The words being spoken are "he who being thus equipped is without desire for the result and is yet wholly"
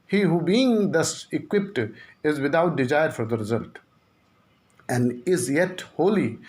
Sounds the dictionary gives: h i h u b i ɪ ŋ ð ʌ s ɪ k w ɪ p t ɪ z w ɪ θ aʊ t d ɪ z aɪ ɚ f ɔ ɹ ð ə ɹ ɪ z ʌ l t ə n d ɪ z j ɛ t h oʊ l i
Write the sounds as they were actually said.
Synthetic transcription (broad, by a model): h i h u b i ɪ ŋ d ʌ s ɪ k w ɪ p t ɪ z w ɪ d aʊ t d ɪ z aɪ ɚ f ɔ ɹ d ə ɹ ɪ z ʌ l t ə n d ɪ z j ɛ t h oʊ l i